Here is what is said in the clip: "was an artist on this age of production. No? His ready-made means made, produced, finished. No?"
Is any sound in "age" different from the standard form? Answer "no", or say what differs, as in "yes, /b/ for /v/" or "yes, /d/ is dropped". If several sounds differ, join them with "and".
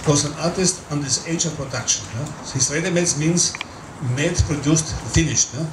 yes, /ʃ/ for /dʒ/